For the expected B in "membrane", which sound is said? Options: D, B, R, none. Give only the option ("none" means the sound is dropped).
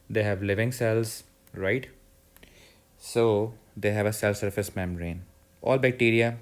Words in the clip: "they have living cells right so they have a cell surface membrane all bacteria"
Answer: none